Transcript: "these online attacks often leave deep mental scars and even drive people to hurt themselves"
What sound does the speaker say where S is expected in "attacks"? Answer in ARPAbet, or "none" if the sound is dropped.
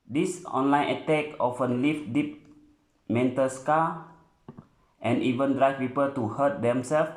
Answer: none